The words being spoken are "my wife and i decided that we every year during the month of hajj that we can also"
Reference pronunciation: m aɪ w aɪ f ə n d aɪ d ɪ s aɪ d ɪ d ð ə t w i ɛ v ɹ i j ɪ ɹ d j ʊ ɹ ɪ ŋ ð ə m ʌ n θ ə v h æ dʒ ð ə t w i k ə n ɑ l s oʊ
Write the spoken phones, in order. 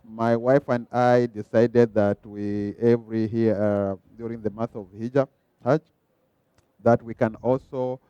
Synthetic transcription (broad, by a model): m aɪ w aɪ f ə n d aɪ d ɪ s aɪ d ɪ d ð ə t w i ɛ v ɹ i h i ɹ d j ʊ ɹ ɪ ŋ ð ə m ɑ θ ə v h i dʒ ð ə t w i k ə n ɑ l s oʊ